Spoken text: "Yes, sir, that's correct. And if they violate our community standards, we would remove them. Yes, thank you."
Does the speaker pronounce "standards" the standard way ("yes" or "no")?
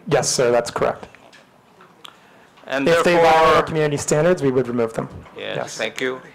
yes